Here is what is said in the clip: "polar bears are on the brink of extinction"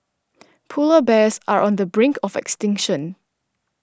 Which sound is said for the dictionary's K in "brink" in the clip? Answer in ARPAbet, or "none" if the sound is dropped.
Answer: K